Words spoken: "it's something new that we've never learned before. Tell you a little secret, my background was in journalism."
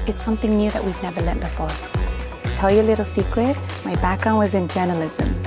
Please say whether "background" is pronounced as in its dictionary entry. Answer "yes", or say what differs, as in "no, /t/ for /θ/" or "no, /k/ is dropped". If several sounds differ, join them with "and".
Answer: yes